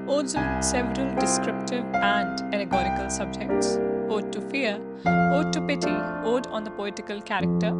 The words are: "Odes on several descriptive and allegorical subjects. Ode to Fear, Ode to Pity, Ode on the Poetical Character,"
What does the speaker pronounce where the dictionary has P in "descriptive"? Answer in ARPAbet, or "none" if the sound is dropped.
P